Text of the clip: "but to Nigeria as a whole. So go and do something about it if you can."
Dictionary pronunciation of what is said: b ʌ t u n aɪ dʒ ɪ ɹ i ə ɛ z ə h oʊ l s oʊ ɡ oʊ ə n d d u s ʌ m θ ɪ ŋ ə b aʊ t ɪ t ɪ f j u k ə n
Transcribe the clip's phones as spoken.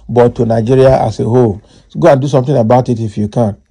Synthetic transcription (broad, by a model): b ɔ t u n aɪ dʒ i ɹ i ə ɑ s ə h oʊ l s ɡ oʊ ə n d d u s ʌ m t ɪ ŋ ə b aʊ t ɪ t ɪ f j u k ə n